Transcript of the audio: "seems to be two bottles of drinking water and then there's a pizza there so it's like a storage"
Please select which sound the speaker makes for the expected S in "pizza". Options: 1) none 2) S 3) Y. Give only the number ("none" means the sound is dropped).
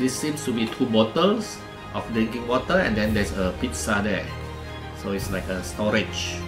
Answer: 2